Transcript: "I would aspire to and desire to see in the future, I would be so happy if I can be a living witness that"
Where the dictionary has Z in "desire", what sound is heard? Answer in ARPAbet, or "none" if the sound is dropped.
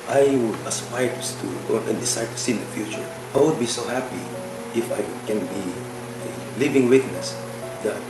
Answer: S